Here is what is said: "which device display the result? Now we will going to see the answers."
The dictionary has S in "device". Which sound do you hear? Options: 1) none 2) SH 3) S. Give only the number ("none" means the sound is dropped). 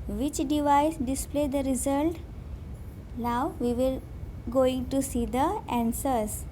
3